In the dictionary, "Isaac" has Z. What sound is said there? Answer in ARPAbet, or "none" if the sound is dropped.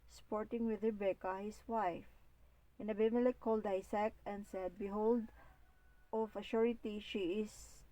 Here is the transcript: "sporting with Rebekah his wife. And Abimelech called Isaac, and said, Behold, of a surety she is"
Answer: S